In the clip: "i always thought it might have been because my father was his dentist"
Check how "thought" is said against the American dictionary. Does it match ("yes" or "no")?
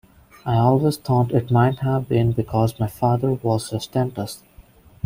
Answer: no